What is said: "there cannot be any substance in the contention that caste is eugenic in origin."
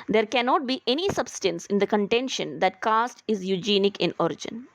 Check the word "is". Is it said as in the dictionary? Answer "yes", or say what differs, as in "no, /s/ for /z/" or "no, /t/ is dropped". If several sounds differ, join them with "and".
yes